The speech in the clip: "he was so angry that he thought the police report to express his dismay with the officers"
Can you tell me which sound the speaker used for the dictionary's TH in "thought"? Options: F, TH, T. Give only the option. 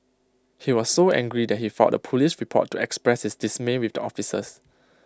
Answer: F